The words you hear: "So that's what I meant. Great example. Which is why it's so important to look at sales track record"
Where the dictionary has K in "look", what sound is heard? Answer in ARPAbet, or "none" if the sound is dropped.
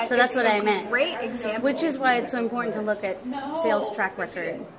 K